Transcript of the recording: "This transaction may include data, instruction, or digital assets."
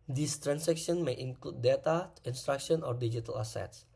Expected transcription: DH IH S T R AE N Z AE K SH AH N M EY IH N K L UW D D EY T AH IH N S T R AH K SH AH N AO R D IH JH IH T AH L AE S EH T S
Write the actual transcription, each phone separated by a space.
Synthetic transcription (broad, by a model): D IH S T R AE N S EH K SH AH N M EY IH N K L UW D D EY T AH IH N S T R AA K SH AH N AO R D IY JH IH T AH L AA S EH T S